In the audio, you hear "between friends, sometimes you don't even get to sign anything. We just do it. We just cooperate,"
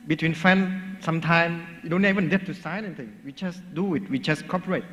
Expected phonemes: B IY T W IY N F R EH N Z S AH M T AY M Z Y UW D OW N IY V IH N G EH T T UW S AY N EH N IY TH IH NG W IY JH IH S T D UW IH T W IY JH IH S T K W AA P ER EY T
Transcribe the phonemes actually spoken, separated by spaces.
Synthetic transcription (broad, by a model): B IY T W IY N F EH N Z S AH M T AY M Y UW D OW N IY V IH N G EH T T UW S AY N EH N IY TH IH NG W IY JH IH S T D UW IH T W IY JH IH S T K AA P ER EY T